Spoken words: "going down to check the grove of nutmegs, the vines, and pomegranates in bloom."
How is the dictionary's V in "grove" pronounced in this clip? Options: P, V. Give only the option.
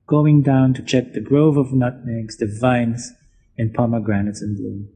V